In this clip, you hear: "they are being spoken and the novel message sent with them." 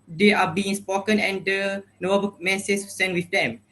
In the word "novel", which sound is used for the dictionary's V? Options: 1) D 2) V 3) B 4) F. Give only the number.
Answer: 3